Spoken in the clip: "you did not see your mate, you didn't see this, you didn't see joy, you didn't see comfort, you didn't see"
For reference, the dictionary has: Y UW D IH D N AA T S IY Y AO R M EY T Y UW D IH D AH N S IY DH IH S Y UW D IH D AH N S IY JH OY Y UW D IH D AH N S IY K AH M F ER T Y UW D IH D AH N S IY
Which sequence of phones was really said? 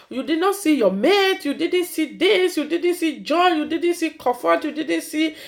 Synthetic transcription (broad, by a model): Y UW D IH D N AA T S IY Y AO M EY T Y UW D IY D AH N S IY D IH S Y UW D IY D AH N S IY JH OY Y UW D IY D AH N S IY K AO F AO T Y UW D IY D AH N S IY